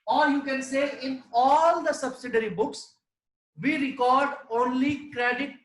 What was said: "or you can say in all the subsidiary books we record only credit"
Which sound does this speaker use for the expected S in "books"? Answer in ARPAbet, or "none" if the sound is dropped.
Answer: S